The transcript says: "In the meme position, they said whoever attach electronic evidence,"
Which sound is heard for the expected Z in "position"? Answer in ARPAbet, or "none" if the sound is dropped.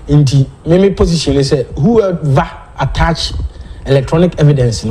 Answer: S